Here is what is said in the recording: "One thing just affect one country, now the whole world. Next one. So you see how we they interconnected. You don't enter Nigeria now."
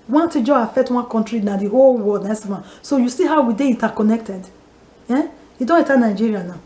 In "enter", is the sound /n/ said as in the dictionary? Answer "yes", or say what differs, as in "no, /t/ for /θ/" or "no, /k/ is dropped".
no, /n/ is dropped